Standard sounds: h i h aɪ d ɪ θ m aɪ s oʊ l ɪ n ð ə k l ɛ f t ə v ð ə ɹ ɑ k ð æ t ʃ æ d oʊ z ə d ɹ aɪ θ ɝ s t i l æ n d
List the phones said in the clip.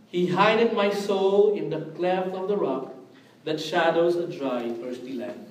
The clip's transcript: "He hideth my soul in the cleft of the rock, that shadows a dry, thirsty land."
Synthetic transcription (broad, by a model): h i h aɪ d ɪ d m aɪ s oʊ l ɪ n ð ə k l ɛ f ə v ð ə ɹ ɑ k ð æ t ʃ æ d oʊ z ə d ɹ aɪ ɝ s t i l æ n